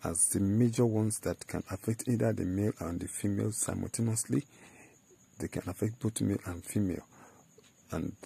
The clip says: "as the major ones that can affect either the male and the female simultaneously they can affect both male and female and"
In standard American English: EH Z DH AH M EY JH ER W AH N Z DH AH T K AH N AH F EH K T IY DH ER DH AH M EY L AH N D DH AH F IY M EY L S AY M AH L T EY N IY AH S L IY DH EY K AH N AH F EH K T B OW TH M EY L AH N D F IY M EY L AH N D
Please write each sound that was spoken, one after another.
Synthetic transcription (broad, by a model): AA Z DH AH M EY JH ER W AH N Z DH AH T K AH N AH F EH K T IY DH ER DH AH M EY L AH N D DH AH F IY M EY L S AY M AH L T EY N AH S L IY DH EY K AH N AH F EH K T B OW T M EY L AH N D F IY M EY L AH N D